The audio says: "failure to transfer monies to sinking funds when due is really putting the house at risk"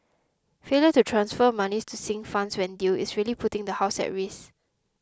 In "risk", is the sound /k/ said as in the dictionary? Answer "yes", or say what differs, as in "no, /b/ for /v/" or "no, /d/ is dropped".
no, /k/ is dropped